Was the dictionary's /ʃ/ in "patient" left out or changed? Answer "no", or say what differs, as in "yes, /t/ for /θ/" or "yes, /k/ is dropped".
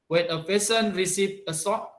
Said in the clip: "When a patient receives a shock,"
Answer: yes, /s/ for /ʃ/